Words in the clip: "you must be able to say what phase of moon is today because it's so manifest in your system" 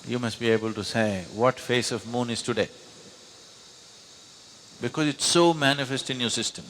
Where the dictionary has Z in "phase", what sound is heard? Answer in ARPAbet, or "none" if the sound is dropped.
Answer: S